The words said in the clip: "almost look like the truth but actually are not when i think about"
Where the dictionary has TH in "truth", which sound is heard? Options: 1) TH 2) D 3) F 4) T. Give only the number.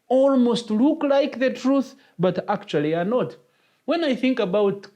1